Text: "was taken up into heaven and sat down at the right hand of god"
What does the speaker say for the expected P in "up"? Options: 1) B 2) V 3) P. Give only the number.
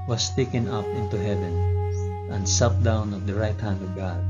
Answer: 3